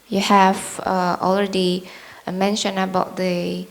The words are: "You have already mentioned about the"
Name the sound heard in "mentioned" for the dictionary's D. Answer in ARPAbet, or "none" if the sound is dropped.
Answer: none